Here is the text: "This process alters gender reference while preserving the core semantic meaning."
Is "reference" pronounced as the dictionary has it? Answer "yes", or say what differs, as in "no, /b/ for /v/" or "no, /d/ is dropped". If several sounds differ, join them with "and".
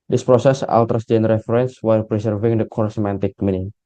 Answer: no, /f/ is dropped